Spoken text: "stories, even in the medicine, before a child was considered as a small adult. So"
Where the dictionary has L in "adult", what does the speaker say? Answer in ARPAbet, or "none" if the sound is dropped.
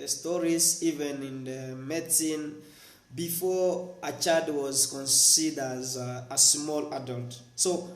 L